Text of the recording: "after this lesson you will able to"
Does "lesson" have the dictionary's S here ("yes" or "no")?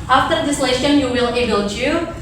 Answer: no